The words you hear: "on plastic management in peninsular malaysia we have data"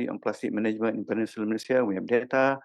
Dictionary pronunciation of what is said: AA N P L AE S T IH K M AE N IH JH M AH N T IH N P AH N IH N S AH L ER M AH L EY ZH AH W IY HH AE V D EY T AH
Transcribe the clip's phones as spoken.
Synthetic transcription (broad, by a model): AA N P L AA S T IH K M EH N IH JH M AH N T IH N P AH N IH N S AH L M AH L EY S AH W IY HH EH P D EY T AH